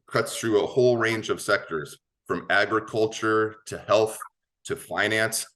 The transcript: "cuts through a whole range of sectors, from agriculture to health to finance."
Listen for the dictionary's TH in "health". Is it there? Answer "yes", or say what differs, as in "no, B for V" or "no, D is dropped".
yes